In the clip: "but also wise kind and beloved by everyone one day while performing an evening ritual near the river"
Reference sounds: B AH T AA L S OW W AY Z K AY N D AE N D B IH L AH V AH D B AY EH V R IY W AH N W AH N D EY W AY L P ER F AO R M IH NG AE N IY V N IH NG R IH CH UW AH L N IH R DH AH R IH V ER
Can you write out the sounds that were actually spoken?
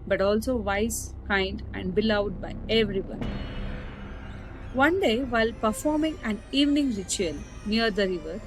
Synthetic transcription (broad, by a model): B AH T AA L S OW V AY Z K AY N D AE N D B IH L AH AH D B AY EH V R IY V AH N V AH N D EY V AY L P ER F AO R M IH NG AE N IY V N IH NG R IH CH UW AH L N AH R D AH R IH V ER